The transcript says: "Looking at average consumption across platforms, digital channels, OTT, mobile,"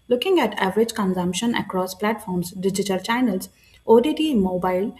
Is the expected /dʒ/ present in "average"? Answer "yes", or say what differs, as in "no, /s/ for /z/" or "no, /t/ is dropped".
yes